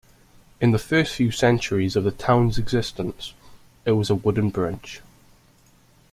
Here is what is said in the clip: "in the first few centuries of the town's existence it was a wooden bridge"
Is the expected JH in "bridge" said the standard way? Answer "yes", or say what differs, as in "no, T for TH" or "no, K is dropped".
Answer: no, CH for JH